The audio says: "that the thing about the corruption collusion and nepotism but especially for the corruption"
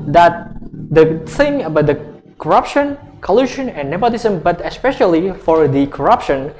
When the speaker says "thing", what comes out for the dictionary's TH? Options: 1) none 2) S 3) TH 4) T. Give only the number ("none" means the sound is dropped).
2